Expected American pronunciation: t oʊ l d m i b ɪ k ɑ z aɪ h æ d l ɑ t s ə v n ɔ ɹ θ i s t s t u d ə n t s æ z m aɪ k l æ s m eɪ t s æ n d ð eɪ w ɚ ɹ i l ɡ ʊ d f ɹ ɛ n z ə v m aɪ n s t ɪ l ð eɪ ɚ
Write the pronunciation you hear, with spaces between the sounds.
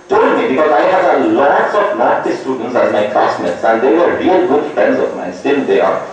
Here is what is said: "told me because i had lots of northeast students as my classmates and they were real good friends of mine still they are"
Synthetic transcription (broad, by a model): t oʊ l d m i b ɪ k ɑ z aɪ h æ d l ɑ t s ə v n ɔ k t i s s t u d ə n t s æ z m aɪ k æ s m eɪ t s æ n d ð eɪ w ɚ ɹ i l ɡ ʊ d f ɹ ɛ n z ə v m aɪ n s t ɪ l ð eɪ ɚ